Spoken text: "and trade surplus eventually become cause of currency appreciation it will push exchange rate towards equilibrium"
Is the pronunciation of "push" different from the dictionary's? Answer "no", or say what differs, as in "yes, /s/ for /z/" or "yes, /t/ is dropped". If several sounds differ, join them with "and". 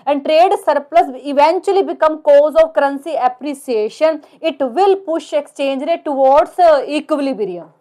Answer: no